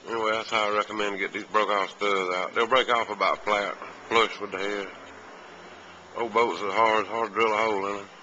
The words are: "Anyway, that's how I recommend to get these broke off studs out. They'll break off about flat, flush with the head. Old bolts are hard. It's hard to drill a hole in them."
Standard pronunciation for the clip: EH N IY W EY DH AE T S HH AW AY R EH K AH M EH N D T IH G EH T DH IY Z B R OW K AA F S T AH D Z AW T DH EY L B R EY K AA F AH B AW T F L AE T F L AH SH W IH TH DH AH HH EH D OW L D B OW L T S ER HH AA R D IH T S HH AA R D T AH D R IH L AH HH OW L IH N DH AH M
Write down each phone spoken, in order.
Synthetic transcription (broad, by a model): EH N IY W EY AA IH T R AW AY R EH K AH M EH N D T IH G EH T DH IY Z B R OW K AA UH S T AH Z AW T DH EY L B R EY K AA F AH B AW T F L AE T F L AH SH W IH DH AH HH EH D OW B OW T S ER HH AA R D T HH AA R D D R IH L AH HH OW L IH N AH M